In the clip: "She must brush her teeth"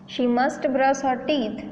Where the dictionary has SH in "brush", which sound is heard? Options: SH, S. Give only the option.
S